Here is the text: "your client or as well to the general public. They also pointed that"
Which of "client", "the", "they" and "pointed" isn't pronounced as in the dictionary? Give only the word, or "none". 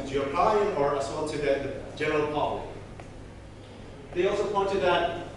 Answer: client